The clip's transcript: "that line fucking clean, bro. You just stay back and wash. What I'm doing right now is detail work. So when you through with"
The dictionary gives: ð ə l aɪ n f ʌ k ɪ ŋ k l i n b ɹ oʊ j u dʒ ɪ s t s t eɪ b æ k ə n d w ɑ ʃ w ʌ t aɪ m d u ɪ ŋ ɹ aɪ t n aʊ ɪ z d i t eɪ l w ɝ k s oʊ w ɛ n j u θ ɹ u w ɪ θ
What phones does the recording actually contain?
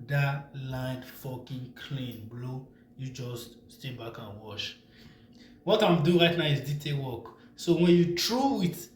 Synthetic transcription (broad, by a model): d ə l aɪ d f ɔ k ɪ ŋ k l i n b l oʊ j u dʒ ɪ s t s t eɪ b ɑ k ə n w ɑ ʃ w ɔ t aɪ m d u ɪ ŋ ɹ aɪ t n aʊ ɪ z d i t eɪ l w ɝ k s oʊ w ɛ n j u t ɹ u w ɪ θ